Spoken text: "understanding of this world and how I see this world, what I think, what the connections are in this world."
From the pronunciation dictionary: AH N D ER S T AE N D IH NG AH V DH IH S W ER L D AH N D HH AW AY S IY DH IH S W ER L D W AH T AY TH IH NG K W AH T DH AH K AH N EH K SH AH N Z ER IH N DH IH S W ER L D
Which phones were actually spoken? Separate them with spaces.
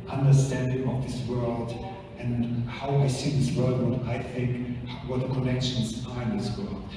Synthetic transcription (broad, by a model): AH N D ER S T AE N D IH NG AH V DH IH S W ER L D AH N HH AW AY S IY DH IH S W ER L D AY TH IH NG K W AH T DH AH K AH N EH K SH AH N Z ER IH N DH IH S W ER L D